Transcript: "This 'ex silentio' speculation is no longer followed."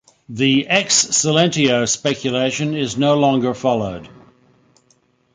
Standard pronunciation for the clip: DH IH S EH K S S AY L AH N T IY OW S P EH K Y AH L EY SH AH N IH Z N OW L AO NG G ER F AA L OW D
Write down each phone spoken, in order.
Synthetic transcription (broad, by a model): DH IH EH K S S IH L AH N T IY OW S P EH K Y AH L EY SH AH N IH Z N OW L AO NG G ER F AA L OW D